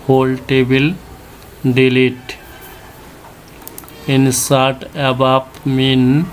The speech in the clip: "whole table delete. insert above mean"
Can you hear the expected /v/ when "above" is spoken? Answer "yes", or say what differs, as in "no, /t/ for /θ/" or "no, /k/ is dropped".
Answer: no, /p/ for /v/